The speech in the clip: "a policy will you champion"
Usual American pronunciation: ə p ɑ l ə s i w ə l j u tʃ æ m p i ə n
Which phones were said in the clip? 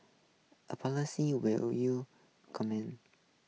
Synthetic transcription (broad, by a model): ə p ɑ l ə s i w ə l j u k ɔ m i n